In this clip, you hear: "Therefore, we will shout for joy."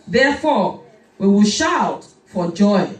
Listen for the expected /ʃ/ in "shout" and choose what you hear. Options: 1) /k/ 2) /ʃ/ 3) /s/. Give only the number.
2